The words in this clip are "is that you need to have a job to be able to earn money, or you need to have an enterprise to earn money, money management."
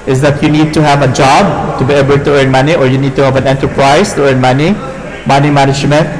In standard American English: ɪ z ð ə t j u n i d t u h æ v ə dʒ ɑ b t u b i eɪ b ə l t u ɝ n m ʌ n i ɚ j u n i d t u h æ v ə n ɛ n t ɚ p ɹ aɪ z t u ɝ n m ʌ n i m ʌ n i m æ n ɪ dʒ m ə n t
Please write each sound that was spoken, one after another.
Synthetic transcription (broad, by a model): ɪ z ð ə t j u n i d t u h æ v ə dʒ ɑ b t u b i eɪ b ə l t u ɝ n m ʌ n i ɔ j u n i d t u h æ v ə n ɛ n t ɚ p ɹ aɪ s t u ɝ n m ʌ n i m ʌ n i m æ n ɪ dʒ m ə n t